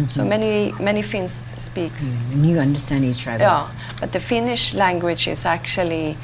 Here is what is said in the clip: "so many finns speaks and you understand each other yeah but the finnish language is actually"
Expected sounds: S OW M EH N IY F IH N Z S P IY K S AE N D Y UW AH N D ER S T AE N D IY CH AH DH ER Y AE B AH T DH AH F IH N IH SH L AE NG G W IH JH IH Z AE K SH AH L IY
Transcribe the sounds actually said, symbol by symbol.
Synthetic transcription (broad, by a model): S OW M EH N IY F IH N S P IY K S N Y UW AH N D ER S T AE N D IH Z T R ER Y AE B AH T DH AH F IH N IH SH L AE NG G W IH JH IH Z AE K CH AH L IY